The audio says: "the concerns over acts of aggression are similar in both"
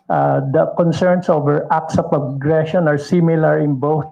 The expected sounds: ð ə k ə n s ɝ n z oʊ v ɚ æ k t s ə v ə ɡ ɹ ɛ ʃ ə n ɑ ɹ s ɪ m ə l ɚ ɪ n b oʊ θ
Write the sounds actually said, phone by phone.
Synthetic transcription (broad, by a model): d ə k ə n s ɝ n s oʊ v ɚ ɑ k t s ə p ə ɡ ɹ ɛ ʃ ə n ɑ ɹ s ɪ m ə l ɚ ɪ n b oʊ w